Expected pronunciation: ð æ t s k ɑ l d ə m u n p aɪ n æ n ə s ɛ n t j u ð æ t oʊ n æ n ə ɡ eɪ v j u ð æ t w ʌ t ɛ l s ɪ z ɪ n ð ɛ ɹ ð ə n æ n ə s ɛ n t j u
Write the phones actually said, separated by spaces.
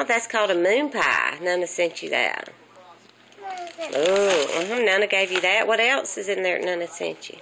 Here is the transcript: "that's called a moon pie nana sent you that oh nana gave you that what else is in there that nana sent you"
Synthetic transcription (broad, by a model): ð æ t s k ɑ l d ə m u n p aɪ n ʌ n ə s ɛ n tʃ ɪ ð æ t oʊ n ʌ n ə ɡ eɪ v j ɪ ð æ t w ʌ t ɛ l s ɪ z ɪ n ð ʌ ɹ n ə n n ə s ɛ n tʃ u